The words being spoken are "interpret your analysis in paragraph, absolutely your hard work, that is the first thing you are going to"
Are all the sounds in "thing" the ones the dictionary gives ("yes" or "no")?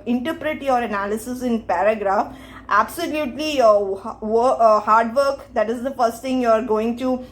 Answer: no